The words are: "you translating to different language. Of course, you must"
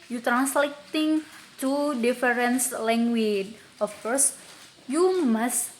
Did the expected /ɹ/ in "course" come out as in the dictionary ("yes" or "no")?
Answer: yes